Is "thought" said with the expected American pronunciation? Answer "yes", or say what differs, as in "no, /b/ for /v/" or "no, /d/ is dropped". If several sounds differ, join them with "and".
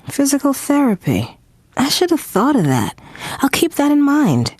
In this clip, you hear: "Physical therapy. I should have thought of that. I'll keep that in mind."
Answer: yes